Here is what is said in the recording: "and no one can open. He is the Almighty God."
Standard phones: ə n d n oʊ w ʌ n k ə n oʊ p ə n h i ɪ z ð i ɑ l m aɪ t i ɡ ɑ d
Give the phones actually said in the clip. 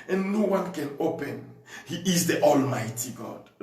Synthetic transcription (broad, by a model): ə n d n oʊ w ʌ n k ə n oʊ p ə n h i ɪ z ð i ɑ l m aɪ t i ɡ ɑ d